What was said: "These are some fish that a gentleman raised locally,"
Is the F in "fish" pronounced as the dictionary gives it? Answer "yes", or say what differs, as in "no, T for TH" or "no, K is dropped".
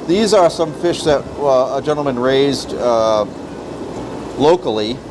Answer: yes